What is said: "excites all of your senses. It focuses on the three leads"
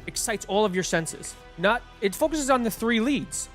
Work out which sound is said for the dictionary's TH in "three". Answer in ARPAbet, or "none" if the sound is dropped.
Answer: TH